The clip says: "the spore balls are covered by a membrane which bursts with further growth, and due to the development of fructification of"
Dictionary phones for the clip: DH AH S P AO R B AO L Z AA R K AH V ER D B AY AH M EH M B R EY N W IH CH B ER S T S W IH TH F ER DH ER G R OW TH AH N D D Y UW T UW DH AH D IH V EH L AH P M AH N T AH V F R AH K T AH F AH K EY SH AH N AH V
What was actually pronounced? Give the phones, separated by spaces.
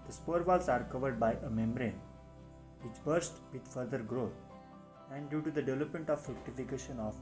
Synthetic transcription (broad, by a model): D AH S P AO R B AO L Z AA R K AH V ER D B AY AH M EH M B R EY N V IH CH B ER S T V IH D F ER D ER G R OW T AH N D D Y UW T UW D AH D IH V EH L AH P M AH N T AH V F AH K T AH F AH K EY SH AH N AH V